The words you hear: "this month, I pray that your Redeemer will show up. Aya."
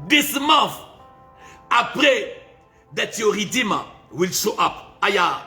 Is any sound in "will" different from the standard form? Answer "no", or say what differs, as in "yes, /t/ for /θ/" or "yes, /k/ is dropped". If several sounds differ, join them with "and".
no